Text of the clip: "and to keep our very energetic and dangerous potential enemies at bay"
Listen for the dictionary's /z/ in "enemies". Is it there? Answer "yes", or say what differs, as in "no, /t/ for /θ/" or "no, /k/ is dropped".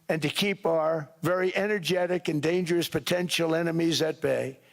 yes